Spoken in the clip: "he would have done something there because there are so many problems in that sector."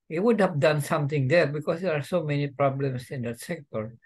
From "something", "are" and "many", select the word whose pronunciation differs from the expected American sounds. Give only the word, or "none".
something